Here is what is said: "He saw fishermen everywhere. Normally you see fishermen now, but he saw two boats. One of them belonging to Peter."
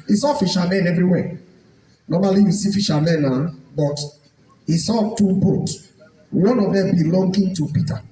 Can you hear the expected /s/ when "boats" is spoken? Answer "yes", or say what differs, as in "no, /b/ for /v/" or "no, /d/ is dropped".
no, /s/ is dropped